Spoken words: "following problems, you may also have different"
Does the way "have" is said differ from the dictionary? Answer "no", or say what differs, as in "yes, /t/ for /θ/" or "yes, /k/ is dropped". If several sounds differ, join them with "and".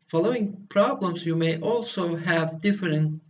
no